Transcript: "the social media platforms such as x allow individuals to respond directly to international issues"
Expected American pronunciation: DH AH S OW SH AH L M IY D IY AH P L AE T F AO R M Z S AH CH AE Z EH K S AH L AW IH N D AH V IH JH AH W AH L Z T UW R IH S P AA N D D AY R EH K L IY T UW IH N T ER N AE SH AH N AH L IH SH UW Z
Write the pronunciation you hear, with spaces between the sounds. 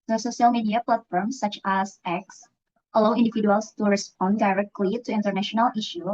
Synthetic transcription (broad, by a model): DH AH S OW SH AH L M IY D IY AH P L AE T F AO R M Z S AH CH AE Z EH K S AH L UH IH N D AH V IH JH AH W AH L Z T UW R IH S P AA N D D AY R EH K L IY T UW IH N T ER N AE SH AH N AH L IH SH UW